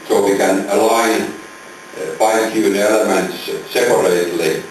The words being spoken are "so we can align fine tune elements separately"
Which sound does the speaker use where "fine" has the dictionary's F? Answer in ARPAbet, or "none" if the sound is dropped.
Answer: P